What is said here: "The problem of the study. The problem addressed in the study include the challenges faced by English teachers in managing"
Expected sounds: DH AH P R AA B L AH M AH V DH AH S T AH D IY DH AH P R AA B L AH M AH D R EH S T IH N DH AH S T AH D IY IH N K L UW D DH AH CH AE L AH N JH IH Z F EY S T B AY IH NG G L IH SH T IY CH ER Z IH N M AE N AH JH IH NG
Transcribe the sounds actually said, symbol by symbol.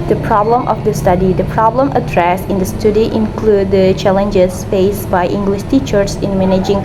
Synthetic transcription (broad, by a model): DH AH P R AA B L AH M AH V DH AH S T AH D IY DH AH P R AA B L AH M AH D R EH S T IH N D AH S T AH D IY IH N K L UW D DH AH CH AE L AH N JH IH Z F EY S B AY IH NG G L IH SH T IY CH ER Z IH N M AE N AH JH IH NG